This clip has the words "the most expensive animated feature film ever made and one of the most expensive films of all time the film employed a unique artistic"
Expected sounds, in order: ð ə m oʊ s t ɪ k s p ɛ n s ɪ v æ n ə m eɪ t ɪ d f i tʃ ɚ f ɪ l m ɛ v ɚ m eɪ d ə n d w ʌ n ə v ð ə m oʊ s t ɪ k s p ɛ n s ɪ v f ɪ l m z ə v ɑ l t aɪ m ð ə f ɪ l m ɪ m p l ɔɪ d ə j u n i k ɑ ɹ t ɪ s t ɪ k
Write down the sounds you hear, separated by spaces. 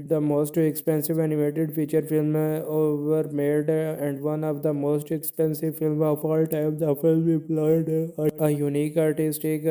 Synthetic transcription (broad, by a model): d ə m oʊ s t ɪ k s p ɛ n s ɪ v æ n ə m eɪ t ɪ d f i tʃ ɚ f ɪ l m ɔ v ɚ m eɪ d ə n d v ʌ n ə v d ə m oʊ s t ɪ k s p ɛ n s ɪ v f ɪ l m ə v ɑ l t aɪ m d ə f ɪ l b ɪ p l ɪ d ə j u n i k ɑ ɹ t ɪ s t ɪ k